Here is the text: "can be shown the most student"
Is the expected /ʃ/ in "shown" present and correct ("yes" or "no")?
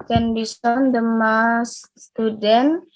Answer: no